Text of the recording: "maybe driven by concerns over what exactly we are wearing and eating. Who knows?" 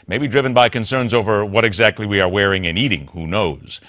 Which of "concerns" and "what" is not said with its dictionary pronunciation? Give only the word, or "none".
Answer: none